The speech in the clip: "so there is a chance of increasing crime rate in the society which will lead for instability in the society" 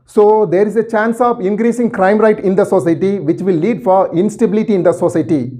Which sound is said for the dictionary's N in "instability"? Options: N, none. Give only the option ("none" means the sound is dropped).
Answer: N